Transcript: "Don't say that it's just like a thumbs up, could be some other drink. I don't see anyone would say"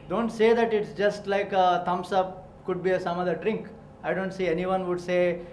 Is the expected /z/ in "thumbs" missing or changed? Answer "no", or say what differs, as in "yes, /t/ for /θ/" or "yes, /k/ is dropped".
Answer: yes, /s/ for /z/